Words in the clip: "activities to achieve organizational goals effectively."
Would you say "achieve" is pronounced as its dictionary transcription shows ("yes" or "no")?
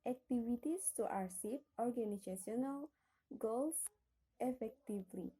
no